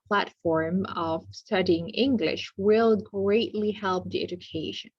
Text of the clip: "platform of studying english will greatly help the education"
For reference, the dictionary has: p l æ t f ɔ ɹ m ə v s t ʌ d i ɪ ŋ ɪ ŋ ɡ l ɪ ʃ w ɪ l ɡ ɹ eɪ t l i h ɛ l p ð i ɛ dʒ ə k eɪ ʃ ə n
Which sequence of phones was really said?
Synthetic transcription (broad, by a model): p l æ t f ɔ ɹ m ə v s t ʌ d i ɪ ŋ ɪ ŋ ɡ l ɪ ʃ w ɪ l ɡ ɹ eɪ t l i h ɛ l p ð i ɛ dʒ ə k eɪ ʃ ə n